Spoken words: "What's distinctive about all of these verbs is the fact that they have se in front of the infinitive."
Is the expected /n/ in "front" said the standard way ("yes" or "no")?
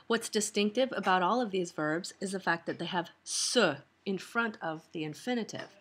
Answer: yes